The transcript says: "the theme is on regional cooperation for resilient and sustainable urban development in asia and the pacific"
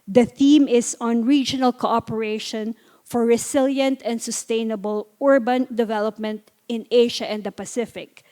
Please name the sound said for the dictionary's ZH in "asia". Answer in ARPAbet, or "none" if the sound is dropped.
SH